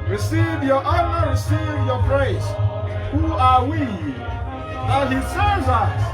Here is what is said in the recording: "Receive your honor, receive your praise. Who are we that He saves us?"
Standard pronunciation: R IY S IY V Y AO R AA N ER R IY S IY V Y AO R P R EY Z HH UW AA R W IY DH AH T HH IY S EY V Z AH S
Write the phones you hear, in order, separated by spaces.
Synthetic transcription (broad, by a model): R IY S IY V Y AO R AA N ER R IY S IY V Y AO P R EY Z HH UW AA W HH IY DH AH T HH IY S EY Z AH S